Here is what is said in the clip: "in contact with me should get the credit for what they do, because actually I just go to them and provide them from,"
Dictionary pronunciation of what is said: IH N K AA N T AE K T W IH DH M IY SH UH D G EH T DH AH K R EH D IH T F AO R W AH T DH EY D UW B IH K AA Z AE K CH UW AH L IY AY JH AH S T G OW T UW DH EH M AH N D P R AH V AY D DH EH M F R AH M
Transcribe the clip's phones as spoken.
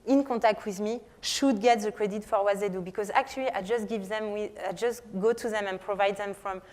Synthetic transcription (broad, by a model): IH N K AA T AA K T W IH DH M IY SH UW D G EH T DH AH K R EH D IH T F AO R W AH T DH EY D UW B IH K AA Z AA K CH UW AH W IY AY JH AH S T G OW T UW DH EH M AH N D P R AH V AY D DH EH M F R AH M